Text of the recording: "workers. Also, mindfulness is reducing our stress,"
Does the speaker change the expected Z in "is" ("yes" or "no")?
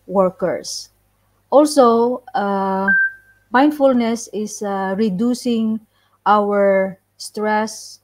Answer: yes